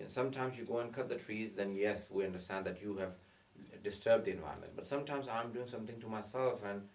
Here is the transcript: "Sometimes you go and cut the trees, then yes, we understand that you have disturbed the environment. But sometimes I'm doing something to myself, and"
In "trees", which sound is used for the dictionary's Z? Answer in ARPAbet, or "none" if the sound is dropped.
Z